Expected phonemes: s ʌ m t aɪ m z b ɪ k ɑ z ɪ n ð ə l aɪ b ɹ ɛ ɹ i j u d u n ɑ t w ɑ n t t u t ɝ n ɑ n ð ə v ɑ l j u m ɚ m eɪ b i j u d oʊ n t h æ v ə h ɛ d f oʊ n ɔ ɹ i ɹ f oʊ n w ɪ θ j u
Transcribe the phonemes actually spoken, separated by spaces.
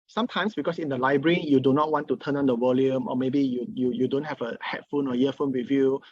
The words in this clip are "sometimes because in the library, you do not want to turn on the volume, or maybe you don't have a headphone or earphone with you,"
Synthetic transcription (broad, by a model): s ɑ m t aɪ m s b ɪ k ɑ s ɪ n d ə l aɪ b ɹ ɛ ɹ i j u d u n ɑ t w ɑ n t t u t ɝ n ɑ n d ə w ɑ l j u m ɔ m eɪ b i j u d oʊ n t h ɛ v ə h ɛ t f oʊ n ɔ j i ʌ f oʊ n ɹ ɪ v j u